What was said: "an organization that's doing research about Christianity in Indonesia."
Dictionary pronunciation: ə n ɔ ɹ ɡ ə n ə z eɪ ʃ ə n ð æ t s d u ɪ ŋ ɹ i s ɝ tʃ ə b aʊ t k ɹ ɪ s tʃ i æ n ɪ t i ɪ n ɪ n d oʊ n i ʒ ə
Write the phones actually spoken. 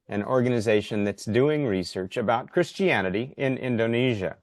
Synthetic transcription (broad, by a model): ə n ɔ ɹ ɡ ə n ə z eɪ ʃ ə n ð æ t s d u ɪ ŋ ɹ i s ɝ tʃ ə b aʊ t k ɹ ɪ s tʃ i æ n ɪ t i ɪ n ɪ n d oʊ n i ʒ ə